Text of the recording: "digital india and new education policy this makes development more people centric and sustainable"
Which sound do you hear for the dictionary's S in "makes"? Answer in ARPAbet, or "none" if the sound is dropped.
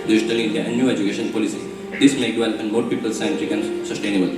none